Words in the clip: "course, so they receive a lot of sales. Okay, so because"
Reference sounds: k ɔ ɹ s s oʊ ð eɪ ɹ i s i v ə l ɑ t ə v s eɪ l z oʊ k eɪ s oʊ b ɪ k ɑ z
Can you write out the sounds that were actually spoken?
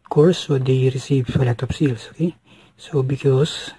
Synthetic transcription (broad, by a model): k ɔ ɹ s s oʊ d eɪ ɹ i s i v ə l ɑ t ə p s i l s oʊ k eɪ s oʊ b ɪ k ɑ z